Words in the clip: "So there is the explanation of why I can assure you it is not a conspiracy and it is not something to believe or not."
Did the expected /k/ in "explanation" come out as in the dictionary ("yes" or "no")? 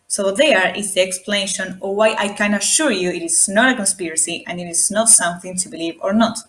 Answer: yes